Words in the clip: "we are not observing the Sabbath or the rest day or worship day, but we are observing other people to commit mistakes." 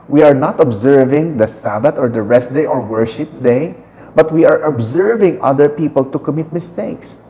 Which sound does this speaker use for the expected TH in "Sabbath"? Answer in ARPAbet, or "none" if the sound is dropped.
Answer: T